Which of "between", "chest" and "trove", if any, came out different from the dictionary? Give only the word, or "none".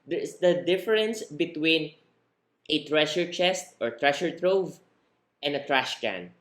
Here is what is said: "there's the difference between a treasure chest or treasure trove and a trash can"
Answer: none